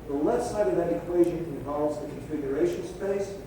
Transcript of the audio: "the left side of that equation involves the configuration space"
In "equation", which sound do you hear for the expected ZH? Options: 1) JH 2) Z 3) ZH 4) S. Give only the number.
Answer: 3